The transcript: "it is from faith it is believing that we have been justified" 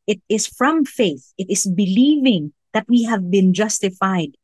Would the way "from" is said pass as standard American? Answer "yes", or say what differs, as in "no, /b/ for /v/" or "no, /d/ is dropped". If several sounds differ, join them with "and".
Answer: yes